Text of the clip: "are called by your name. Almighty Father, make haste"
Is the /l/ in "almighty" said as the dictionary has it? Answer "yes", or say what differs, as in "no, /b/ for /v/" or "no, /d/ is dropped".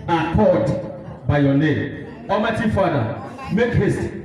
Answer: no, /l/ is dropped